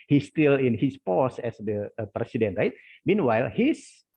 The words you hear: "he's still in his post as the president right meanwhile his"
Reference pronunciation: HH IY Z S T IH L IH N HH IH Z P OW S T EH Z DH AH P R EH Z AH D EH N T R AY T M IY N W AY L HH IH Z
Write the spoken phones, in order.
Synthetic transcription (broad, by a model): HH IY S T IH L IH N HH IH S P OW S EH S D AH P R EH S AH D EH N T R AY T M IY N W AY L HH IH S